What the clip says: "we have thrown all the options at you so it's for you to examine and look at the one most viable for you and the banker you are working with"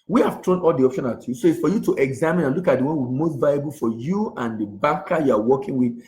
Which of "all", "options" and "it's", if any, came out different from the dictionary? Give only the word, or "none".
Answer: options